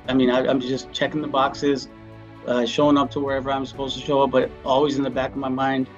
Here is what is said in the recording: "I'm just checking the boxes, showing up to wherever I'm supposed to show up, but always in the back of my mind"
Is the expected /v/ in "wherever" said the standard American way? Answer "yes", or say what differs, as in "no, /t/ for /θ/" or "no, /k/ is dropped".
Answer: yes